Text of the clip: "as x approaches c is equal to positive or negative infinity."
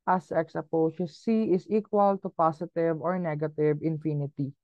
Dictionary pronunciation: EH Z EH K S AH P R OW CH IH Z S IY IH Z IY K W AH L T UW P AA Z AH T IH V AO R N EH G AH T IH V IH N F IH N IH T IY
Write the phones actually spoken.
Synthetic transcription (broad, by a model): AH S EH K S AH P OW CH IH S IY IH S IY K W AH L T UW P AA S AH T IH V AO R N EH G AH T IH V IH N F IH N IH T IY